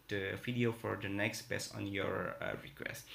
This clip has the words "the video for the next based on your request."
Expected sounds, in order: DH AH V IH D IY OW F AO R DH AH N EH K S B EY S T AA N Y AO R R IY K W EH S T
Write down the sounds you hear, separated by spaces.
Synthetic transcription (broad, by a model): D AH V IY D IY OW F AO R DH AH N EH K S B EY S AA N Y AO R R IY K W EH S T